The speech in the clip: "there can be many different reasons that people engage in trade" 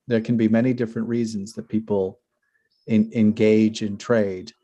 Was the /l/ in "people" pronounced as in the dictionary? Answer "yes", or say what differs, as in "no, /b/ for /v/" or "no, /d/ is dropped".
no, /n/ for /l/